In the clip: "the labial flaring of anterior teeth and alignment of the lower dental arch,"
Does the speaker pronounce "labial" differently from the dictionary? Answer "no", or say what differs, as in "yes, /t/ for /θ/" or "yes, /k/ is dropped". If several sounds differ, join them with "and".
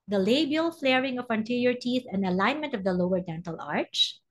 no